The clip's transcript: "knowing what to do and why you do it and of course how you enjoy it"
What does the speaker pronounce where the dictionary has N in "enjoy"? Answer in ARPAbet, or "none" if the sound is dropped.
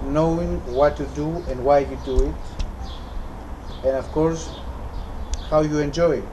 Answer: N